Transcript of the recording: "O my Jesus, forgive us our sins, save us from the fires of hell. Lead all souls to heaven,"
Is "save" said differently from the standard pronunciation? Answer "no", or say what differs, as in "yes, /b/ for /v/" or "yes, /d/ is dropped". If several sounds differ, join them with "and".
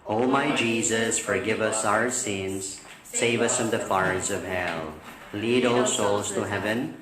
no